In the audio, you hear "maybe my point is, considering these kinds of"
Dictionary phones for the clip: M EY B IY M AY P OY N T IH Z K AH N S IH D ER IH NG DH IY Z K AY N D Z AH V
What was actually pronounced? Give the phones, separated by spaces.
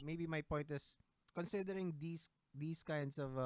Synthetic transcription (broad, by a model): M EY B IY M AY P OY N T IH S K AH N S IH D ER IH NG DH IY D K AY N D S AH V